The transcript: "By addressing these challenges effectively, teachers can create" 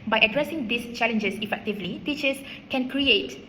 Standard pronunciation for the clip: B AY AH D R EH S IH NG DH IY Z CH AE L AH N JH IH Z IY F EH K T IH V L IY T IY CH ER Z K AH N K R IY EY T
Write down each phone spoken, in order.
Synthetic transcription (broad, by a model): B AY AH D R EH S IH NG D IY S CH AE L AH N JH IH S IY F EH K T IH V L IY T IY CH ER S K AH N K R IY EY T